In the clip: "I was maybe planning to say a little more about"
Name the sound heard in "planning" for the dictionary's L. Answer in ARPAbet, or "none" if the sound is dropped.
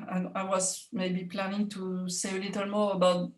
L